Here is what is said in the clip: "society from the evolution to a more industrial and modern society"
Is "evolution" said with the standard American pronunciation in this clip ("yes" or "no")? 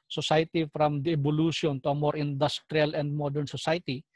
no